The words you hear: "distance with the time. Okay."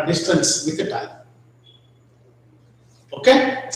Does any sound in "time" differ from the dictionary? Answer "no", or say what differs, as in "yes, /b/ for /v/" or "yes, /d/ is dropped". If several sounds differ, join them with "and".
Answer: yes, /m/ is dropped